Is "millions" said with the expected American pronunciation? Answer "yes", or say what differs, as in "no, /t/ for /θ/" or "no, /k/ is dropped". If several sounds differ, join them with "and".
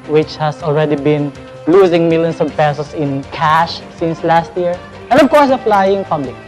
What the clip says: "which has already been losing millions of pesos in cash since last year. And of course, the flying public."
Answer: no, /s/ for /z/